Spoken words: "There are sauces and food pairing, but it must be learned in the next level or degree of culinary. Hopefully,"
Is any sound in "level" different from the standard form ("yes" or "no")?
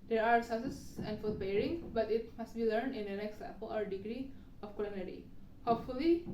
yes